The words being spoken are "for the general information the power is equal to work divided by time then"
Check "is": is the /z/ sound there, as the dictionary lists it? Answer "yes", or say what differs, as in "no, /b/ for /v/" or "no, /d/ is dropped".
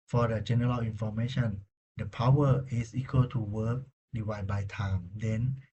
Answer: no, /s/ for /z/